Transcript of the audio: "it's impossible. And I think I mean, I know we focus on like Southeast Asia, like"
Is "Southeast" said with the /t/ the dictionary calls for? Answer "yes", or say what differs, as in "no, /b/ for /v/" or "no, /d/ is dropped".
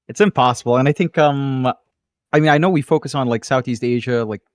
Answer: yes